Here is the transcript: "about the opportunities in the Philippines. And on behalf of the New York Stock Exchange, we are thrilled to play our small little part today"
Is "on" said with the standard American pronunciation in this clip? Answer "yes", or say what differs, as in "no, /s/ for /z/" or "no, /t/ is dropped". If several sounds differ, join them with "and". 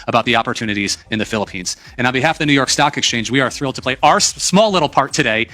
no, /l/ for /n/